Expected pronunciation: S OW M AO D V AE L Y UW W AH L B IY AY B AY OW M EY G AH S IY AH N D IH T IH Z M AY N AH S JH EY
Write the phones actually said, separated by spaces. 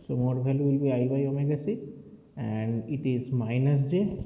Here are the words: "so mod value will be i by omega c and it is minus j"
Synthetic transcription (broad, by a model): S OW M AO D B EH L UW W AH L B IY AY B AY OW M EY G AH S IY AH N D IH T IH Z M AY N AH S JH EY